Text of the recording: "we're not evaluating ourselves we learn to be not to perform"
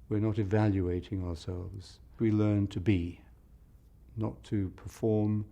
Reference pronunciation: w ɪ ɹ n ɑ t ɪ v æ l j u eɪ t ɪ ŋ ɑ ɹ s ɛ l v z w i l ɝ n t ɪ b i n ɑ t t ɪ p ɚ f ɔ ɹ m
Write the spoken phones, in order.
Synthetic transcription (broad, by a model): w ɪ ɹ n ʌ t ɪ v æ l j u eɪ t ɪ ŋ ɑ ɹ s ɛ l v z w i l ɝ n t ɪ b i n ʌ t t ɪ p ɚ f ɔ ɹ m